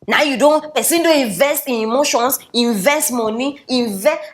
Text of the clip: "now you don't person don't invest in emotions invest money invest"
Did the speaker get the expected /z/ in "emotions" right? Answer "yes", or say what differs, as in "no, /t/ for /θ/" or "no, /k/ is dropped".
no, /s/ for /z/